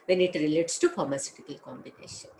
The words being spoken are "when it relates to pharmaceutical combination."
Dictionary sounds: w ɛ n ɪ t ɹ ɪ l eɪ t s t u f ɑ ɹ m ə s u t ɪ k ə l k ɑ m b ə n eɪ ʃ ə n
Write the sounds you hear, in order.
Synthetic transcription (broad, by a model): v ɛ n ɪ t ɹ ɪ l eɪ t s t u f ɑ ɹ m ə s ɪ t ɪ k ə l k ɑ m b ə n eɪ ʃ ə n